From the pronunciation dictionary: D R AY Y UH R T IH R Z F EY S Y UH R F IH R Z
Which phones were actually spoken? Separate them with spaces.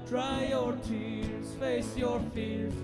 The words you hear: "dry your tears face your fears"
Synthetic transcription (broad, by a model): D R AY Y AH R T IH R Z F EY S Y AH R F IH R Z